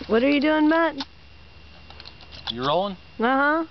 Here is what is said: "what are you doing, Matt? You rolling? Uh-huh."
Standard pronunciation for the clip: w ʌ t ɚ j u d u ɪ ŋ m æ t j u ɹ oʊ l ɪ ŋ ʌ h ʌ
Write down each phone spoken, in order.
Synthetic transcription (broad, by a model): w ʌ t ɚ j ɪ d u ɪ ŋ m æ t j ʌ ɹ oʊ ɪ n ʌ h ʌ